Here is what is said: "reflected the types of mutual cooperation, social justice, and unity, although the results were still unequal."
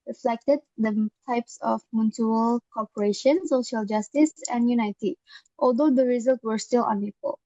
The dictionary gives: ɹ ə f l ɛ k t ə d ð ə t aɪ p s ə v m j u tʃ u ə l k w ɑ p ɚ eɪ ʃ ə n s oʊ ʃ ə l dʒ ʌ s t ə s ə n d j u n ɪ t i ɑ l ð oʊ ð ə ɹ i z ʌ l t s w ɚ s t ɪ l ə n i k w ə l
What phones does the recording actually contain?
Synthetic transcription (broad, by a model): ɹ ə f l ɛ k t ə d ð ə t aɪ p s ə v m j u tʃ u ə l k ɑ p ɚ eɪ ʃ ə n s oʊ ʃ ə l dʒ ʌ s t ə s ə n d j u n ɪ t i ɑ l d oʊ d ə ɹ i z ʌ l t w ɚ s t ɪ l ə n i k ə l